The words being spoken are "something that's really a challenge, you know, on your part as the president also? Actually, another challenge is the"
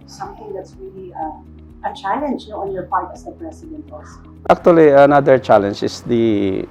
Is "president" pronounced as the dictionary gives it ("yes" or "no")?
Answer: no